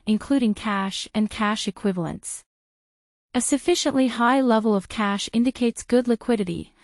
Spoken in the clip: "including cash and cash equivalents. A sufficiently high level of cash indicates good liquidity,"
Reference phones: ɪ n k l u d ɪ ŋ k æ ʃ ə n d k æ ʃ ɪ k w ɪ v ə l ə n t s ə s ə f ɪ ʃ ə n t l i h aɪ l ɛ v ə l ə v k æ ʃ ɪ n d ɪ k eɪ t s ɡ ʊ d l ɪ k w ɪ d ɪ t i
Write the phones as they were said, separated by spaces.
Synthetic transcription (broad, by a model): ɪ n k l u d ɪ ŋ k æ ʃ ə n k æ ʃ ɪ k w ɪ v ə l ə n t s ə s ə f ɪ ʃ ə n t l i h aɪ l ɛ v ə l ə v k æ ʃ ɪ n d ɪ k eɪ t s ɡ ʊ d l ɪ k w ɪ d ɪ t i